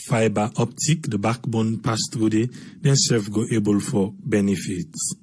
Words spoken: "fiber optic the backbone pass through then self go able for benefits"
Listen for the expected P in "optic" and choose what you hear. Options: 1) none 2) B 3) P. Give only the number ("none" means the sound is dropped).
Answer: 3